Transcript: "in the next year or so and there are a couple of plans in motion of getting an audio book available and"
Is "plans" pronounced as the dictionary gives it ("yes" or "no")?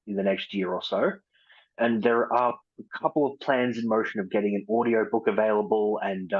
yes